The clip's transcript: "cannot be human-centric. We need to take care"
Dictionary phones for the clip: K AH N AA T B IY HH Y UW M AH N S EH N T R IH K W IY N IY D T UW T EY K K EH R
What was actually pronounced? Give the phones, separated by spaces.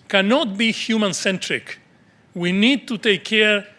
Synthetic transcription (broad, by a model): K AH N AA T B IY HH Y UW M AH N S EH N T R IH K W IY N IY D T UW T EY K K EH R